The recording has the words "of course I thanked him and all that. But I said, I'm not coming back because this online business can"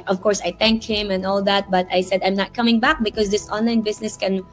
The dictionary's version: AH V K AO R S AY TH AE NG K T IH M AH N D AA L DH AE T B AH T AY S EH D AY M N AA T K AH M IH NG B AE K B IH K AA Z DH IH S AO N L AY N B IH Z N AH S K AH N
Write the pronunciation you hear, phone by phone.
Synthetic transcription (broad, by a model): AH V K AO R S AY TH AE NG K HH IH M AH N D AA L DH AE T B AH T AY S EH D AY M N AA T K AH M IH NG B AE K B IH K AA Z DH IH S AO N L AY N B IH S N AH S K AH N